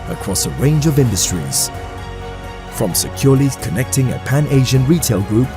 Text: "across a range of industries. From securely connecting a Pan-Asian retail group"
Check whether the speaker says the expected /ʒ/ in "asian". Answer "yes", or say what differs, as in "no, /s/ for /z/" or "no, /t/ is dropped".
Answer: yes